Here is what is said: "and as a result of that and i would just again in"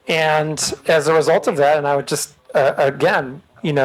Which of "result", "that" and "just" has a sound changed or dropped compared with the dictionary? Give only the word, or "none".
none